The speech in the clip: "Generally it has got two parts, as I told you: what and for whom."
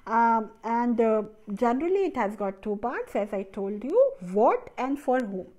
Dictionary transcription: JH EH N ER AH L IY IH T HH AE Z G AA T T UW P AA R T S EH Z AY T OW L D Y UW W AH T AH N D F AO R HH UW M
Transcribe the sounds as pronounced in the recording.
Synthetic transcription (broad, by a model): JH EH N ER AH L IY IH T HH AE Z G AA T T UW P AA R T S EH Z AY T OW L D Y UW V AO T AH N D F AO R HH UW M